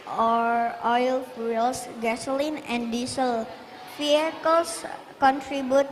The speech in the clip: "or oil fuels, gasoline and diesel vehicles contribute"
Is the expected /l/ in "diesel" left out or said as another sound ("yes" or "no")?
no